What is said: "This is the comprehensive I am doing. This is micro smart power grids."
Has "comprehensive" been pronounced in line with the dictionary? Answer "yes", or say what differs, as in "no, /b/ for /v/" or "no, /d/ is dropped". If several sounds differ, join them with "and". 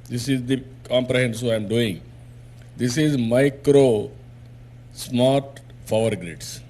no, /v/ is dropped